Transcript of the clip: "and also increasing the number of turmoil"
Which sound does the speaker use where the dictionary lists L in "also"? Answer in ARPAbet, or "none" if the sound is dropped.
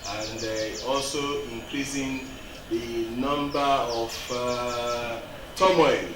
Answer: L